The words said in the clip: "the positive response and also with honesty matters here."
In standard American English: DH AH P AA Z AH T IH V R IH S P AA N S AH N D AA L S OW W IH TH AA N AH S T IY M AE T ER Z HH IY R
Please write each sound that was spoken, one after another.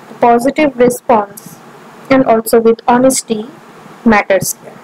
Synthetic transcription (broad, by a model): P AA Z AH T IH V R IH S P AA N S AH N D AA L S OW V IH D AA N AH S T IY M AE T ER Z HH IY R